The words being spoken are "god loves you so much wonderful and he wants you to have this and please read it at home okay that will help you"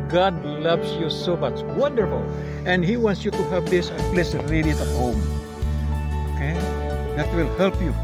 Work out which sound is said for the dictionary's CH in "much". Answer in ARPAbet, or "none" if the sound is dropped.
S